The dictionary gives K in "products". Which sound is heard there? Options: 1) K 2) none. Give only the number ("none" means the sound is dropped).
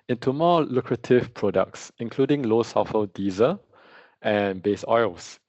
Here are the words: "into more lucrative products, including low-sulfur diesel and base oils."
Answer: 1